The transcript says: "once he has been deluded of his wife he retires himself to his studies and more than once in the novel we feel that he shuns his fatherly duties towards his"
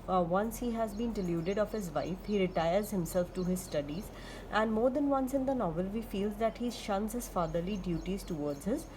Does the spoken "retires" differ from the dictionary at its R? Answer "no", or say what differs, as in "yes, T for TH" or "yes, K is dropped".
no